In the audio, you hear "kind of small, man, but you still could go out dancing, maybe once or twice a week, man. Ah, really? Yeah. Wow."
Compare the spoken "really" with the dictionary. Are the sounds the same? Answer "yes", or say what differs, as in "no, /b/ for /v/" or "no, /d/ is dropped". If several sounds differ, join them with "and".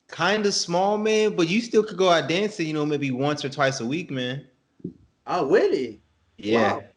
no, /w/ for /ɹ/